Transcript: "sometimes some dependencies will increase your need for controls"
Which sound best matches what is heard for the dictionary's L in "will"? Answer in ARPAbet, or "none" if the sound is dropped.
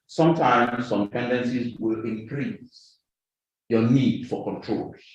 L